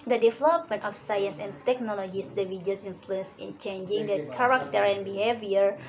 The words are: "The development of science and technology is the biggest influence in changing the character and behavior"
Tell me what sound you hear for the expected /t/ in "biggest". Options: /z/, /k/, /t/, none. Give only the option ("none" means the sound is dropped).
none